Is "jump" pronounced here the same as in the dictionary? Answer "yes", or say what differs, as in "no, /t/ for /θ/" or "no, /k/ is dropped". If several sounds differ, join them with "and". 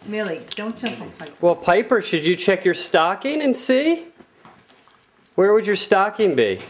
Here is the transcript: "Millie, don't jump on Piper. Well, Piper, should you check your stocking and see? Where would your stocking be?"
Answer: no, /tʃ/ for /dʒ/